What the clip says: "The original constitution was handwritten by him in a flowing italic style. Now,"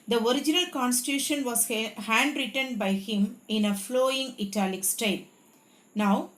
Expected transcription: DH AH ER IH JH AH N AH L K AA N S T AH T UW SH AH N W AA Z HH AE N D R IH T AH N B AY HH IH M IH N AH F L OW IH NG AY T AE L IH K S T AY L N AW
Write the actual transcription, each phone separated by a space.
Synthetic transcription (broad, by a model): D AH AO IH JH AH N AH L K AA N S T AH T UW SH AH N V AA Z HH AE N D R IH T AH N B AY HH IH M IH N AH F L OW IH NG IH T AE L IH K S T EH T N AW